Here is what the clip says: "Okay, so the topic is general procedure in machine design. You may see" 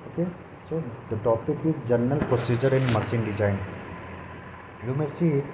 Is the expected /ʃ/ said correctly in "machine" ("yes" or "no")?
no